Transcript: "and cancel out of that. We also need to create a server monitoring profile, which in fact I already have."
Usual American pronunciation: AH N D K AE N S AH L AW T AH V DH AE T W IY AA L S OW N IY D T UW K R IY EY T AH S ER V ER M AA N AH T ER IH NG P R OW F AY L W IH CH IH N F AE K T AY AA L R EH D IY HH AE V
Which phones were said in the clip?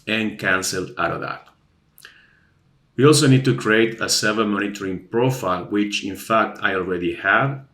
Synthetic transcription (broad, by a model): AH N K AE N S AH L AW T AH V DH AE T W IY AA L S OW N IY D T UW K R IY EY T AH S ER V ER M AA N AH T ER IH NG P R OW F AY L W IH CH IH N F AE K T AY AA L R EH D IY HH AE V